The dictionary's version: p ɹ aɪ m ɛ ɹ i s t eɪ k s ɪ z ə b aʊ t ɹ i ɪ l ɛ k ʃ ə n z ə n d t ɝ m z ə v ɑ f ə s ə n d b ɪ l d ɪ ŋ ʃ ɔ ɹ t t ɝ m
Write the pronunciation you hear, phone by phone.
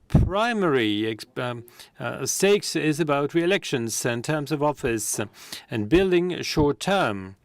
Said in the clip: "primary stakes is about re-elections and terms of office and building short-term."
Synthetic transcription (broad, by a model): p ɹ aɪ m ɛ ɹ i s t eɪ k s ɪ z ə b aʊ t ɹ i ɪ l ɛ k ʃ ə n z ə n t ɝ m z ə v ɑ f ə s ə n b ɪ l d ɪ ŋ ʃ ɔ ɹ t t ɝ m